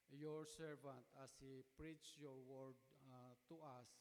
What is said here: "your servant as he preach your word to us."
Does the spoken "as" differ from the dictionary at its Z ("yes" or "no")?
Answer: yes